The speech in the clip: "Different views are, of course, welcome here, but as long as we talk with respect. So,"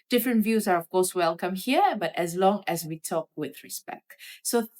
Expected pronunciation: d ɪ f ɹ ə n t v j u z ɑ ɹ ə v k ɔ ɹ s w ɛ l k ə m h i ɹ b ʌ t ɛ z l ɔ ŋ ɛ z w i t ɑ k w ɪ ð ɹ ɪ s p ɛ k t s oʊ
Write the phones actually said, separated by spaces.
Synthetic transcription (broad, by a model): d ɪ f ɹ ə n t v j u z ɑ ɹ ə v k ɔ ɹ s w ɛ l k ə m h i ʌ b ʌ t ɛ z l ɔ ŋ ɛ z w i t ɑ k w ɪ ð ɹ ɪ s p ɛ k t s oʊ